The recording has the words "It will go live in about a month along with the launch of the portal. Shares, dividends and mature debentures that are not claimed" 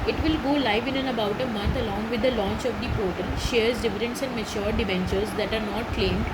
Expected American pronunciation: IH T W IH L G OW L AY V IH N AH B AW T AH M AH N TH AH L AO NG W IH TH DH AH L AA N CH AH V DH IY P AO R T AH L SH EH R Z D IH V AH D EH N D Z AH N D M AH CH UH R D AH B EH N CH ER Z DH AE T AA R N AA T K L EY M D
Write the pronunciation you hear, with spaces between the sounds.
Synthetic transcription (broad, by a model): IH T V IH L G OW L AY V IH N AH B AW T AH M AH N T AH L AO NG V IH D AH L AA N CH AH V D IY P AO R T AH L SH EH R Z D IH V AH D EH N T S AH N D M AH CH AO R D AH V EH N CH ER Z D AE T AA R N AA T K L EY M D